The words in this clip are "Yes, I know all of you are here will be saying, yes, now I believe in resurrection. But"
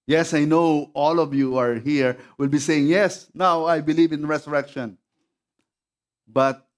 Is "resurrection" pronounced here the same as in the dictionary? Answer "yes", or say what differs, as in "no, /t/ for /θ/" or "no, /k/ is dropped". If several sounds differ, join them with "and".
no, /s/ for /z/